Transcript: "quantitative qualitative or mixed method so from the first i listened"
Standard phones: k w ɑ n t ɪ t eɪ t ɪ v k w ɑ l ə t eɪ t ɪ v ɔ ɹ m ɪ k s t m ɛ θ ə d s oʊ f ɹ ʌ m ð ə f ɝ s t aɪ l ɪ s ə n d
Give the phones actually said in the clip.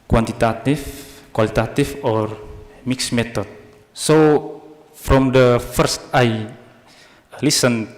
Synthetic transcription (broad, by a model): k w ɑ n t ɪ t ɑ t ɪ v k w ɑ l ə t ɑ t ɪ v ɔ ɹ m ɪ k s m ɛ t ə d s oʊ f ɹ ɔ m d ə f ɝ s t aɪ l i s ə n